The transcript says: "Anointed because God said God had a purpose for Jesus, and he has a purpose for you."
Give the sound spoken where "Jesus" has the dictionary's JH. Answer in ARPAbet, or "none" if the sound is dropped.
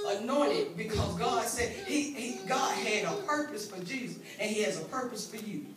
JH